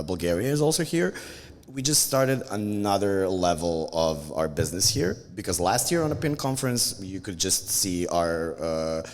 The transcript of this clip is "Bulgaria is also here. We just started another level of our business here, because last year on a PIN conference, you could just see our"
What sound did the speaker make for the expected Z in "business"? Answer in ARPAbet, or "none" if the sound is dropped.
Z